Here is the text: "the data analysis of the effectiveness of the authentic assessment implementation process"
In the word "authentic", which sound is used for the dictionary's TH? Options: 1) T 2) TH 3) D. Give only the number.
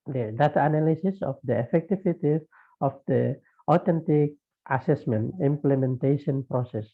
1